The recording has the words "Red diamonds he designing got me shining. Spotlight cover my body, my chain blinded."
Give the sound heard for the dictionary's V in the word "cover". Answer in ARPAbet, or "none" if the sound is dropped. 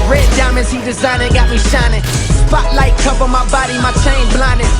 P